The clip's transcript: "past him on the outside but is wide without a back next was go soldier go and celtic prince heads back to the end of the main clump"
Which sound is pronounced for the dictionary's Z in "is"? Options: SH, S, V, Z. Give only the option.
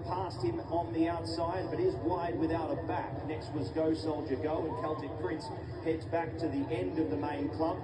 Z